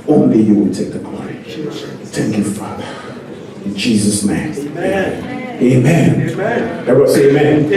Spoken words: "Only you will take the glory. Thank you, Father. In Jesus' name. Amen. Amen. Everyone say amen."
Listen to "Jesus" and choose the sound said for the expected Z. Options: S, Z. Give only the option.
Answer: Z